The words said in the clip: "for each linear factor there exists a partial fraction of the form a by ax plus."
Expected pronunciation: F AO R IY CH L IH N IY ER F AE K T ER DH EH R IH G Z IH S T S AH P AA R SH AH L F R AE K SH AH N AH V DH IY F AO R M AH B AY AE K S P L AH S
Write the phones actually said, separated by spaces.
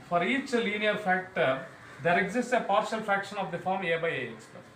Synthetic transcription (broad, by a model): F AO R IY CH L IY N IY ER F AE K T ER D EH R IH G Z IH S T S AH P AA R SH AH L F R AE K SH AH N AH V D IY F AO R M AH B AY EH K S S